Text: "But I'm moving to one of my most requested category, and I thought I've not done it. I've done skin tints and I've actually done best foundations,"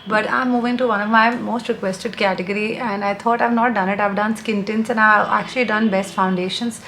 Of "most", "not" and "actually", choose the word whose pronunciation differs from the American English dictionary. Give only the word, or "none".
none